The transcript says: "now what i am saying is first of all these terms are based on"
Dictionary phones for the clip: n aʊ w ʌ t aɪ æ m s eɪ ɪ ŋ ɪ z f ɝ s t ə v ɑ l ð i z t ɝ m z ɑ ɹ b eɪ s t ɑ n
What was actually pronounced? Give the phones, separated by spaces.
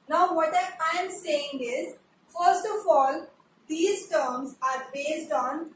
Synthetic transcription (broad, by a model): n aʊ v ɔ t aɪ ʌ m s eɪ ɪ ŋ ɪ z f ɝ s t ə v ɑ l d i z t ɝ m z ɑ ɹ b eɪ s t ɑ n